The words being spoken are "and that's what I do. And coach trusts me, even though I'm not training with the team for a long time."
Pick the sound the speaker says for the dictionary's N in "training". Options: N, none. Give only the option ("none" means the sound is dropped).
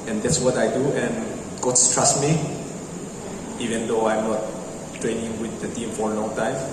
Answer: N